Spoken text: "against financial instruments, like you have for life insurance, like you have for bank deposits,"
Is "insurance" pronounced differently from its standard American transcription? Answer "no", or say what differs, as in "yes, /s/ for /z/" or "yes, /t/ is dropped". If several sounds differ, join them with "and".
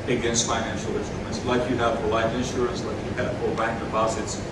no